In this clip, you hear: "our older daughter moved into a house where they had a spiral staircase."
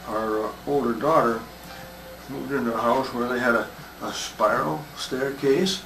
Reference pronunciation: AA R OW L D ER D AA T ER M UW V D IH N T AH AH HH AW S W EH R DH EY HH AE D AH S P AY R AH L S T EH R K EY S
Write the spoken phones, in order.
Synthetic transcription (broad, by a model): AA R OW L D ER D AA T ER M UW D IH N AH AH HH AW S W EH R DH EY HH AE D AH S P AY R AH L S T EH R K EY S